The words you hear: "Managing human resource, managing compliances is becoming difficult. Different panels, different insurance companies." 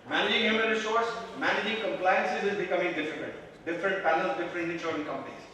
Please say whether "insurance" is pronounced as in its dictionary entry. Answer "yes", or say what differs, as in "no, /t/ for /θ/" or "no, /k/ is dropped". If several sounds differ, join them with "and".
no, /s/ is dropped